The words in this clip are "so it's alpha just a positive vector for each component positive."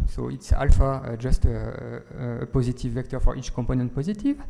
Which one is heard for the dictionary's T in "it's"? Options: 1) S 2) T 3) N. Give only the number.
2